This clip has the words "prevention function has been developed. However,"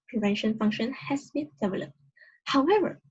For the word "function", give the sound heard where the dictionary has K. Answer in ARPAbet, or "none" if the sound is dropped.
K